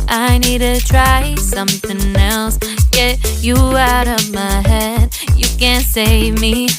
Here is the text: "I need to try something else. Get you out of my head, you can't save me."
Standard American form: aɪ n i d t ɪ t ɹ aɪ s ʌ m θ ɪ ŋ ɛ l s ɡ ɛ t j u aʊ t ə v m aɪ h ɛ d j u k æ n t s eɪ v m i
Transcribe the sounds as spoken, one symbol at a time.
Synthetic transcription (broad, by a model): aɪ n i d t ɪ t ɹ aɪ s ʌ m θ ɪ ŋ ɛ l s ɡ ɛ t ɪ aʊ t ə v m aɪ h ɛ d j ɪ k æ n t s eɪ v m i